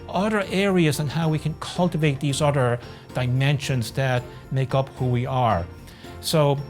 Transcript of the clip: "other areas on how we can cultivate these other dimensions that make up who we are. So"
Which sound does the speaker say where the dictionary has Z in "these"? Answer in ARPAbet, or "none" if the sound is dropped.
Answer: Z